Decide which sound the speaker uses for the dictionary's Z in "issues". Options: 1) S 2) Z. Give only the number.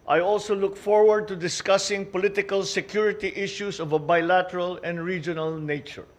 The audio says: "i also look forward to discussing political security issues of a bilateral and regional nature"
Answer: 1